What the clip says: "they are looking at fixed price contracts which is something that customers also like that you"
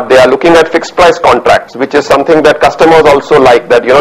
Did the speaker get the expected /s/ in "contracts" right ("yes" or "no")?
yes